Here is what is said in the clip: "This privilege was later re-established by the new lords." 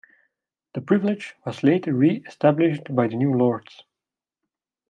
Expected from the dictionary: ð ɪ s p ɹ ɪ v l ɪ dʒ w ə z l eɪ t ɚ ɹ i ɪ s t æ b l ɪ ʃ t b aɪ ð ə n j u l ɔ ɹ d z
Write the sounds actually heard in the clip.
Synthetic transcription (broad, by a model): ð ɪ p ɹ ɪ v l ɪ dʒ w ə z l eɪ t ɚ ɹ i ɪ s t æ b l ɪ ʃ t b aɪ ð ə n j u l ɔ ɹ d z